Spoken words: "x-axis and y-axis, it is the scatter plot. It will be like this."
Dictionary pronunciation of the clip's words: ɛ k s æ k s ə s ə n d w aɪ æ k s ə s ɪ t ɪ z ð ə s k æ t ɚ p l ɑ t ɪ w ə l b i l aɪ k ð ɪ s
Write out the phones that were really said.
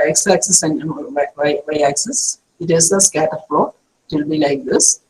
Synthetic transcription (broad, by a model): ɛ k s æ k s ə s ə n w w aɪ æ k s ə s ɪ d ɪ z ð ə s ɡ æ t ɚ f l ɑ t ɪ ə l b i l aɪ k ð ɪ s